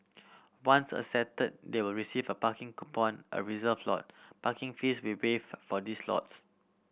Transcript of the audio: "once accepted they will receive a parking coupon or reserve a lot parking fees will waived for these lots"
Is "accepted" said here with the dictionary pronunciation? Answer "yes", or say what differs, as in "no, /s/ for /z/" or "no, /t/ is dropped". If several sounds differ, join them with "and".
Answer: no, /k/ is dropped and /p/ is dropped